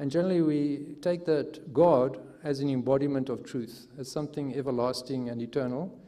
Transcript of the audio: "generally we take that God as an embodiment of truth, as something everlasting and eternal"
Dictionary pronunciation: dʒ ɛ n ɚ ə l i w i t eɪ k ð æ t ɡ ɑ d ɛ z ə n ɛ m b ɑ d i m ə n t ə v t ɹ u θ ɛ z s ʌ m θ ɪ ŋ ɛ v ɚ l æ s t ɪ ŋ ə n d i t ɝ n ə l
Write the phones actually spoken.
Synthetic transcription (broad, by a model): dʒ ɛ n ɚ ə l i w i t eɪ k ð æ t ɡ ɑ d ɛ z ə n ɛ m b ɑ d i m ə n t ə v t ɹ u θ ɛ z s ʌ m θ ɪ ŋ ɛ v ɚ l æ s t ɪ ŋ ə n d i t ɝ n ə l